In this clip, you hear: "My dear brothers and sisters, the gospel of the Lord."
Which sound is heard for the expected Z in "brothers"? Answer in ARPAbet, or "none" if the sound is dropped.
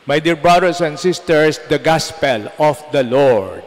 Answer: S